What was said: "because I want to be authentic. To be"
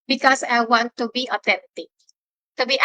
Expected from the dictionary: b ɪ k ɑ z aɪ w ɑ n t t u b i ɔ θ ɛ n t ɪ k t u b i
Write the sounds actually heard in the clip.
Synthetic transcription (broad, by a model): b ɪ k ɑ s aɪ w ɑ n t t u b i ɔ t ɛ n t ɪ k t u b i